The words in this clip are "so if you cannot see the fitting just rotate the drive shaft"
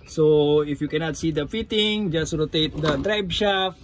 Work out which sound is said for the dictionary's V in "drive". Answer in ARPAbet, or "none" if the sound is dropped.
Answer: B